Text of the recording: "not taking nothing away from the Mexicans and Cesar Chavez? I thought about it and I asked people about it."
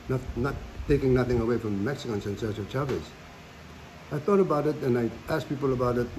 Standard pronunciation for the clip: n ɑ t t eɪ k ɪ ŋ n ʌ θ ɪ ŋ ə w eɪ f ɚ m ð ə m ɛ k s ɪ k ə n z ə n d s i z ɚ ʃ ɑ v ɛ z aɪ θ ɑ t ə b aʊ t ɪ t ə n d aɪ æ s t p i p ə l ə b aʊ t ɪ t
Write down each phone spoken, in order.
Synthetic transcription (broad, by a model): n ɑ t t eɪ k ɪ ŋ n ʌ θ ɪ ŋ ə w eɪ f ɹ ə m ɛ k s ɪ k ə n s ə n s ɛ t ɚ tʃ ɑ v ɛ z aɪ θ ɑ t ə b aʊ t ɪ t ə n aɪ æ s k p i p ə l ə b aʊ t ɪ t